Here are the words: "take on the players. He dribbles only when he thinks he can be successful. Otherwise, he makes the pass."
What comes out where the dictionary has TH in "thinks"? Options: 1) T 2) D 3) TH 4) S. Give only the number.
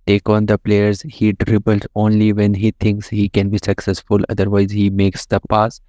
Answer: 1